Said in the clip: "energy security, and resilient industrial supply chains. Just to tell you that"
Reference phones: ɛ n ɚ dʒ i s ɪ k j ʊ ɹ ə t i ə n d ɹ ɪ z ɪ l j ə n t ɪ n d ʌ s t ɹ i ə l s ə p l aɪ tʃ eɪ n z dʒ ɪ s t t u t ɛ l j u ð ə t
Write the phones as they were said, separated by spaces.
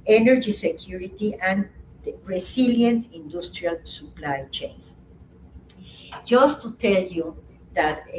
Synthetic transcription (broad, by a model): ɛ n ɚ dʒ i s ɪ k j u ɹ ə t i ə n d ɹ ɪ s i l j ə n t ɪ n d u s t ɹ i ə l s ə p l aɪ tʃ eɪ n s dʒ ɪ s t t u t ɛ l j u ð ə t